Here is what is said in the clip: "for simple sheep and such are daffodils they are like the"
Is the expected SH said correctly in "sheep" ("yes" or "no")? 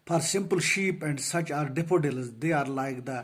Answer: yes